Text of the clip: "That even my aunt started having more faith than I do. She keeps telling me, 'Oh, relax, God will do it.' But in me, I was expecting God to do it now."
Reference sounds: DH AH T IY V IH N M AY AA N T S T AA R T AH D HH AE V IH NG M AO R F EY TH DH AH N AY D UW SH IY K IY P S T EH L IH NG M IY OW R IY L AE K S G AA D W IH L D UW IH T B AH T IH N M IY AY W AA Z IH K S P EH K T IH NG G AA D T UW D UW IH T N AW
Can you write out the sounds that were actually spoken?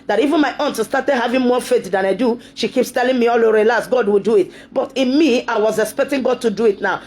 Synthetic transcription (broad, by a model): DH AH T IY V IH N M AY AA N T S T AA T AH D HH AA V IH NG M AO F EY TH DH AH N AY D UW SH IY K IY P S T EH L IH NG M IY OW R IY L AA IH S G AA D W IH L D UW IH T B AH T IH N M IY AY W AA Z IH K S P EH K T IH NG G AA D T UW D UW IH T N AW